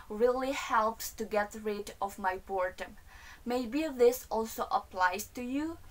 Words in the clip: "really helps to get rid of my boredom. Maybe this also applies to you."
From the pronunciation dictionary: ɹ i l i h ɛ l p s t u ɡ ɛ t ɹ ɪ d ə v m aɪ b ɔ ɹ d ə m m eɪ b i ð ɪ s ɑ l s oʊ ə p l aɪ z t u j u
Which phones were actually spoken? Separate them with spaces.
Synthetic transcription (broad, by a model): ɹ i l i h ɛ l p s t u ɡ ɛ t ɹ ɪ d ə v m aɪ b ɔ ɹ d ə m m eɪ b i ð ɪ s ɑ l s oʊ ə p l aɪ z t u j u